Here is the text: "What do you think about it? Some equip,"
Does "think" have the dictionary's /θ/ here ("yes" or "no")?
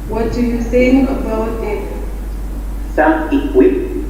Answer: no